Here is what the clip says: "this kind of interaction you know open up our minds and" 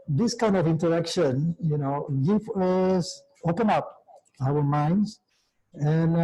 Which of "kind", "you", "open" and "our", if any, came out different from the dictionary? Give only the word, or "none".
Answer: none